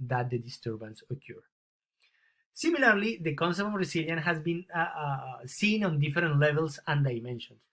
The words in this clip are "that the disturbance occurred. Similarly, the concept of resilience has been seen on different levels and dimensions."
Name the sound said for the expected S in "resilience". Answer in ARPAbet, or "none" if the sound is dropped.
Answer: none